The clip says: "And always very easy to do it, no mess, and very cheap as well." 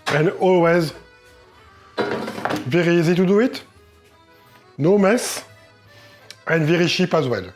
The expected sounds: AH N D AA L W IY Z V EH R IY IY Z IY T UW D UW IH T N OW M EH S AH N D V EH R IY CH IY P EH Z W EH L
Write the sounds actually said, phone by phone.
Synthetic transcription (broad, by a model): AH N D AA L W IY Z V EH R IY IY Z IY T UW D UW IH T N OW M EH S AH N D V EH R IY SH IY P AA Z W EH L